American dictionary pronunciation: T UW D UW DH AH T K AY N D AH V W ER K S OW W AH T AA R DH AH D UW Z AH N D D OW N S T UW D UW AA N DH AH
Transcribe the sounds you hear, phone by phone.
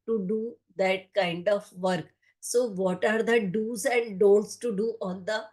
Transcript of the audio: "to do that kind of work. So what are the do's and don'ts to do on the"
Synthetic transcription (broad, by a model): T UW D UW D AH T K AY N D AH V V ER K S OW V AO T AA R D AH D UW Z AH N D D OW L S T UW D UW AA N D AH